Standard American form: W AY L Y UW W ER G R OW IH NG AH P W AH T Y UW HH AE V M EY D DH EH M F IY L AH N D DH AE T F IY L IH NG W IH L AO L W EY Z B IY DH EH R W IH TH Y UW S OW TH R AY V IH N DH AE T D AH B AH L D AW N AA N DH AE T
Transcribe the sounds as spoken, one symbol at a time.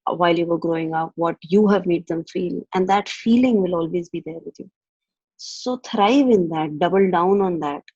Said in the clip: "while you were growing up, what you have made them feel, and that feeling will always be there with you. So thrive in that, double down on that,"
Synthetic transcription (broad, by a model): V AY L Y UW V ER G R OW IH NG AH P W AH T Y UW HH AE V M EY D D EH M F IY L AH N D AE T F IY L IH NG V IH L AO L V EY Z B IY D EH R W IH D Y UW S OW T R AY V IH N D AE T D AH B AH L D AW N AA N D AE T